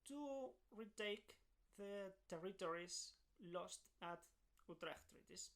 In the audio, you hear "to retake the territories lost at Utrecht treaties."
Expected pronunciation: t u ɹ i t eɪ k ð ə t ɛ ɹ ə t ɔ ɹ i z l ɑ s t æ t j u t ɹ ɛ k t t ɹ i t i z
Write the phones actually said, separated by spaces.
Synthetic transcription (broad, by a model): t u ɹ i t eɪ k ð ə t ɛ ɹ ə t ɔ ɹ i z l ɑ s t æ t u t ɹ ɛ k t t ɹ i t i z